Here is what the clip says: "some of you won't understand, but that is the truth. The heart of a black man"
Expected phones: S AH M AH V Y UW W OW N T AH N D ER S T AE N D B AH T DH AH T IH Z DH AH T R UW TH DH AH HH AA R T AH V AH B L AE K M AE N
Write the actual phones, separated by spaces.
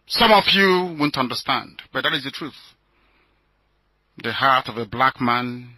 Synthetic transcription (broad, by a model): S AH M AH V Y UW W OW N T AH N D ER S T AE N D B AH T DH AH T IH Z DH AH T R UW TH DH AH HH AA R T AH V AH B L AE K M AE N